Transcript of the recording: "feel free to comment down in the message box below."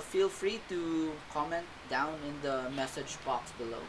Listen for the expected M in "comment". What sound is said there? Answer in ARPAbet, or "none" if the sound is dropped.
M